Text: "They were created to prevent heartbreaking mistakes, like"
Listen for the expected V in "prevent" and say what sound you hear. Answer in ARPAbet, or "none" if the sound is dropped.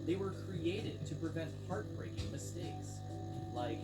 V